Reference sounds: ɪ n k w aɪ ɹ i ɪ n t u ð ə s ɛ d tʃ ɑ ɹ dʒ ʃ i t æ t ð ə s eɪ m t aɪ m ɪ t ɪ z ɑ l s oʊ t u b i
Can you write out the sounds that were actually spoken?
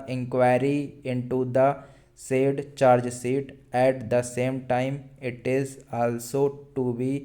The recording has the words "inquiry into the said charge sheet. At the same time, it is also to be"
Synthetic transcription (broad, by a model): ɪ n k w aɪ ɹ i ɪ n t u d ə s ɛ d tʃ ɑ ɹ dʒ s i t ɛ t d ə s eɪ m t aɪ m ɪ t ɪ z ɑ l s oʊ t u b i